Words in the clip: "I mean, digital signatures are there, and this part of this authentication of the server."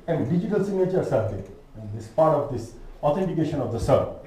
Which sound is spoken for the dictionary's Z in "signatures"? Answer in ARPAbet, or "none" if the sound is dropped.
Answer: S